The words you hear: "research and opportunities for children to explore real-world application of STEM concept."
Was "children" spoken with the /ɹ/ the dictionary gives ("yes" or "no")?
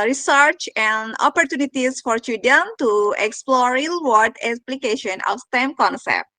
no